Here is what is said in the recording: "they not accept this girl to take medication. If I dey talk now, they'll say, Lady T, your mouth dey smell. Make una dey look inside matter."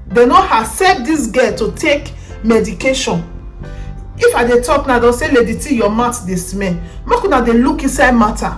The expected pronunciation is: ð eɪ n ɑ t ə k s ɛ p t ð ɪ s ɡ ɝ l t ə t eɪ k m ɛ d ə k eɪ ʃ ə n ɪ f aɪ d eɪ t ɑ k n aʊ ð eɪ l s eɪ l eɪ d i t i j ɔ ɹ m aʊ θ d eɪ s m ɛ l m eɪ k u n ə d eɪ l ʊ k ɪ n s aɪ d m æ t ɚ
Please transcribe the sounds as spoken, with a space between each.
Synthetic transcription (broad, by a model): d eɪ n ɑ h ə s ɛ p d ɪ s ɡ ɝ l t ə t eɪ k m ɛ d ə k eɪ ʃ ə n ɪ f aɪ d eɪ t ɑ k n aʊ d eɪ s eɪ l eɪ d i t i j ɔ m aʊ t d eɪ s m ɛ n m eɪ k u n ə d eɪ l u k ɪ n s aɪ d m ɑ t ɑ